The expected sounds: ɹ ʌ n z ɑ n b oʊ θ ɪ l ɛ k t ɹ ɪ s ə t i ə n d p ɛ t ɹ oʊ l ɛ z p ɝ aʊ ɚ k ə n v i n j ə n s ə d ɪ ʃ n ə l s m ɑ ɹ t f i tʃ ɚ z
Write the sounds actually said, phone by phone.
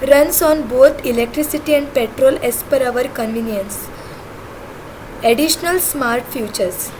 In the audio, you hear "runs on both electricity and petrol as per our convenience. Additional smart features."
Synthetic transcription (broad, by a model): ɹ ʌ n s ɑ n b oʊ t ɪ l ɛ k t ɹ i s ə t i ə n d p ɛ t ɹ oʊ l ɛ s p ɝ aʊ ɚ k ə n v i n j ə n s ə d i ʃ n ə l s m ɑ ɹ t f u tʃ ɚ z